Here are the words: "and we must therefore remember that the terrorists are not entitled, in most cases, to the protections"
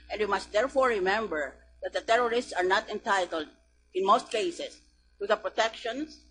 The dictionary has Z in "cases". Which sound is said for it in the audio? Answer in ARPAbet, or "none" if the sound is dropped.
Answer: S